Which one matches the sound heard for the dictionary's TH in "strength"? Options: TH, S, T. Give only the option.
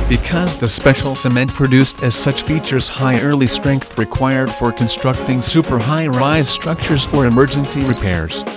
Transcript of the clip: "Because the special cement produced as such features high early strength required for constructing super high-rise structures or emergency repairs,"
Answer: TH